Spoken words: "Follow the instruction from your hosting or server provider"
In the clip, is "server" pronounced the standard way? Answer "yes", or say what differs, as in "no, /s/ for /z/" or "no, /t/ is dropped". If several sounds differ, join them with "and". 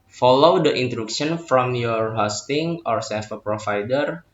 no, /f/ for /v/